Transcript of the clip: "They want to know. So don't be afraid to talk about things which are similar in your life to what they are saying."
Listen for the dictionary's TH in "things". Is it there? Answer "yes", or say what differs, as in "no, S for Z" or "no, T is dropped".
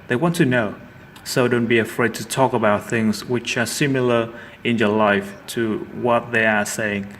yes